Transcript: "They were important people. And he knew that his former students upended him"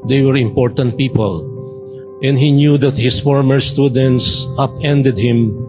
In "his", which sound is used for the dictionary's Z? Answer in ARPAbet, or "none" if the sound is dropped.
S